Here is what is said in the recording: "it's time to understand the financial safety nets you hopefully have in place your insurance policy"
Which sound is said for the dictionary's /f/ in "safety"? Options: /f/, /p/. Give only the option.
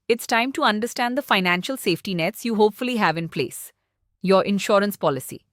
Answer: /f/